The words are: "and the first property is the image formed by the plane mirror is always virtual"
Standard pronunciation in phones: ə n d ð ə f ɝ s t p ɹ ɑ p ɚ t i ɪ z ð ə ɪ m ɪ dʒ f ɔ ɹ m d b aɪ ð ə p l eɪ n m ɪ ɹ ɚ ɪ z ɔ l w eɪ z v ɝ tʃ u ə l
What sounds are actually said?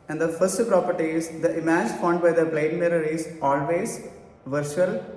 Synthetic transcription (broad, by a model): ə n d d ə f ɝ s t p ɹ ɑ p ɚ t i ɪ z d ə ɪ m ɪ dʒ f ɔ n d b aɪ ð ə b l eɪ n m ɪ ɹ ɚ ɪ z ɔ l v eɪ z v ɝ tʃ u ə l